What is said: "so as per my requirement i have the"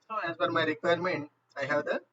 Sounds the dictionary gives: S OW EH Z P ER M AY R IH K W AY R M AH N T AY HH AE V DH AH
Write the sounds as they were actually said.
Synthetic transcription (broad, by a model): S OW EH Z F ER M AY R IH K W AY R M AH N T AY HH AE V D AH